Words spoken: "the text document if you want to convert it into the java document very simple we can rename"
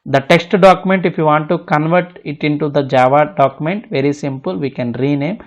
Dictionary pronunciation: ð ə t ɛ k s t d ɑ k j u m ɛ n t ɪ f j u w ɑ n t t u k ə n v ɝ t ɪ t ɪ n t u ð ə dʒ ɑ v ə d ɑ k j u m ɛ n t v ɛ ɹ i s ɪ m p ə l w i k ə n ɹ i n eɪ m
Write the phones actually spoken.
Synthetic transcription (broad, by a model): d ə t ɛ k s t d ɑ k j u m ɛ n t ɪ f j u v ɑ n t t u k ə n v ɝ t ɪ t ɪ n t u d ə dʒ ɑ v ə d ɑ k j u m ɛ n t v ɛ ɹ i s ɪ m p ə l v i k ə n ɹ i n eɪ m